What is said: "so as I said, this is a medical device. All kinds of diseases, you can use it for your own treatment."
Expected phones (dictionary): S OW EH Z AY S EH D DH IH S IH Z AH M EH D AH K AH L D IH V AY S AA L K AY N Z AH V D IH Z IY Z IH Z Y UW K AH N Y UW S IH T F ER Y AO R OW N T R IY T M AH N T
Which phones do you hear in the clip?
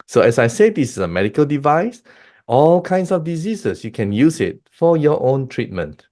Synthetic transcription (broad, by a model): S OW EH S AY S EH D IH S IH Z AH M EH D AH K AH L D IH V AY S AA L K AY N S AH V D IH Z IY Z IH S Y UW K AH N Y UW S IH T F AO Y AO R OW N T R IY T M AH N T